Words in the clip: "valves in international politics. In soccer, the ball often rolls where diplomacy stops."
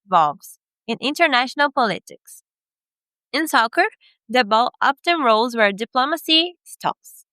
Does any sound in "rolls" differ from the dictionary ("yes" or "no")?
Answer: no